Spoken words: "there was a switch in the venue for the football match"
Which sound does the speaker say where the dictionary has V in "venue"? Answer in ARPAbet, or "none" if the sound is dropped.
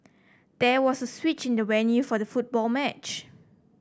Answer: W